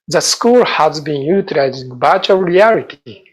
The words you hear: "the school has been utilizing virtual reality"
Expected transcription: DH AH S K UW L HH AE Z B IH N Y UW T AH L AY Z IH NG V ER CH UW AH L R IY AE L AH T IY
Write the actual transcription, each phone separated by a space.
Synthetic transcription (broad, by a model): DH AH S K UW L HH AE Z B IH N Y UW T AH L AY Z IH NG B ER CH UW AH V R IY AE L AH T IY